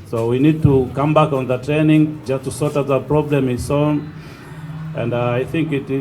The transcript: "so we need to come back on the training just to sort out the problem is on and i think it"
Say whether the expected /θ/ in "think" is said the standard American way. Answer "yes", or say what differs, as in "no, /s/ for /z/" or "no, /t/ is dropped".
yes